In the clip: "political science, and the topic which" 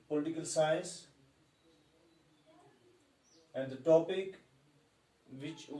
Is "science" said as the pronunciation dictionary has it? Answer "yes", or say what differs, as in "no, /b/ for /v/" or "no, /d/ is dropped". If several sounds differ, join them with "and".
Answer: no, /n/ is dropped